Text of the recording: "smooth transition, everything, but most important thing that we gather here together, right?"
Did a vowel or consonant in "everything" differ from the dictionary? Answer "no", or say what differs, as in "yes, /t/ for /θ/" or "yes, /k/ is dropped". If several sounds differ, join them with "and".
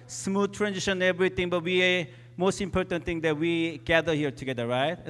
yes, /t/ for /θ/